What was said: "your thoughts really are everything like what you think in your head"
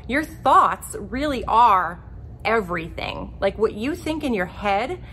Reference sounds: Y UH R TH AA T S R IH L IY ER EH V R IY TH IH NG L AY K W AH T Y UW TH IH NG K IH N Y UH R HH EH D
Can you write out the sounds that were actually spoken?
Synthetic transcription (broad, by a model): Y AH R TH AA T S R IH L IY ER EH V R IY TH IH NG L AY K W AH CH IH TH IH NG K IH N Y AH R HH EH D